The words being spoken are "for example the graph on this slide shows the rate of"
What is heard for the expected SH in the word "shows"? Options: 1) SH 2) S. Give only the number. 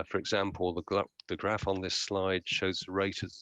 1